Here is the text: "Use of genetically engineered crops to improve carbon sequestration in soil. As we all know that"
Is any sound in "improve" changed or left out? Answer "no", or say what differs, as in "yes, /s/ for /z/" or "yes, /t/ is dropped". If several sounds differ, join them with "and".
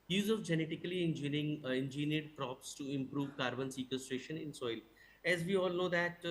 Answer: no